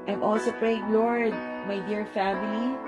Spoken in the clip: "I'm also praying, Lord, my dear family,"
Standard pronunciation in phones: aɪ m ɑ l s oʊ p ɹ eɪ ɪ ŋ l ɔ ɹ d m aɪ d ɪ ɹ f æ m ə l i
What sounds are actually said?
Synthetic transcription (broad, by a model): aɪ m ɑ l s oʊ p ɹ eɪ ɪ ŋ l ɔ ɹ d m aɪ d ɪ ɹ f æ m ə l i